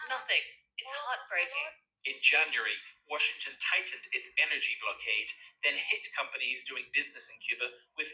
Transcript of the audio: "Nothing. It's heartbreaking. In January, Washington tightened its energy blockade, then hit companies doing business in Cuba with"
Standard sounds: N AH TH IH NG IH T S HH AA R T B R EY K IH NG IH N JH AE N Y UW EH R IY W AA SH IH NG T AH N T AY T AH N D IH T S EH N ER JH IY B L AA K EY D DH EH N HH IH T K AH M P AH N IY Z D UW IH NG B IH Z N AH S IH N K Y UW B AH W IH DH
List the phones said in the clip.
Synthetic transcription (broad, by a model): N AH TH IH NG IH T S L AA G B R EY IH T IH N JH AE N Y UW R IY W AA SH IH NG T AH N T AY T N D IH T S EH N ER JH IY B L AA K EY D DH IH N HH IH T K AH M P AH N IY Z D UW IH NG B IH Z N AH S IH N K Y UW B AH W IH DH